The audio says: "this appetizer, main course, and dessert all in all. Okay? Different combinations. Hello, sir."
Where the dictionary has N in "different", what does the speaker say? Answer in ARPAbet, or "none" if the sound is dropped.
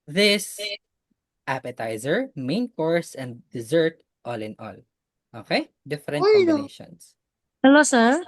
none